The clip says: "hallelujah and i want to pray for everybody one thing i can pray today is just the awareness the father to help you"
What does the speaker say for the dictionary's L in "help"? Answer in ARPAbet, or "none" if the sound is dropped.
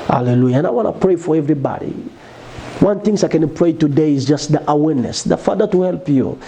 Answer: L